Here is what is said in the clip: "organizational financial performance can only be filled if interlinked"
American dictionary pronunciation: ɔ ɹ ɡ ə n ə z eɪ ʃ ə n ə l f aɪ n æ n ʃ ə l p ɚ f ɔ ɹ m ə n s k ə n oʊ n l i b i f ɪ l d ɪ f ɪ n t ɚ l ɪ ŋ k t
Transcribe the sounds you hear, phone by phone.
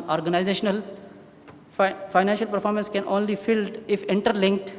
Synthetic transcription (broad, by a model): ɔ ɹ ɡ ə n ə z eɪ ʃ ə n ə l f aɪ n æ n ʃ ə l p ɚ f ɔ ɹ m ə n s k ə n oʊ n l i i f ɪ l d ɪ f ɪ n t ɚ l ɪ ŋ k t